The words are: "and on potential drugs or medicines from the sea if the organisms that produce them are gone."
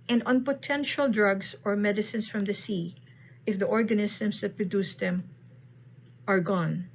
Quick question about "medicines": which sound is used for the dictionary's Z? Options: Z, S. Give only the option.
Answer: S